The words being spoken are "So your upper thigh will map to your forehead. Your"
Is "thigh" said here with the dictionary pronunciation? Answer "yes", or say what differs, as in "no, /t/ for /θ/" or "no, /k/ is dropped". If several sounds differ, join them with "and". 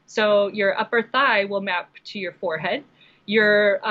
yes